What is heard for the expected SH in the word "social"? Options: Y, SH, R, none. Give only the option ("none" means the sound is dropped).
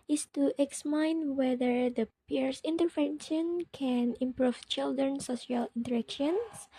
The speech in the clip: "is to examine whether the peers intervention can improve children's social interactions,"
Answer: none